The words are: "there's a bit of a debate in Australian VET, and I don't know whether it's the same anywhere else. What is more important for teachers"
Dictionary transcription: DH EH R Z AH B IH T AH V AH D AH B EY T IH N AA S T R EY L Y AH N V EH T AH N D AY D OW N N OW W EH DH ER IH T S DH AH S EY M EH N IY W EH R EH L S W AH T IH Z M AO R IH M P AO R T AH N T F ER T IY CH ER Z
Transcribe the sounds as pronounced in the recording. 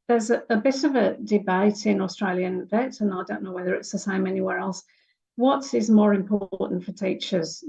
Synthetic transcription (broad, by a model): DH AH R Z AH B IH T AH V AH D AH B EY T IH N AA S T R EY L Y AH N V EH T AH N AY D OW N N OW W EH DH ER IH T S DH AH S EY M EH N IY W EH R EH L S W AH T IH Z M AO R IH M P AO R T N T F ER T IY CH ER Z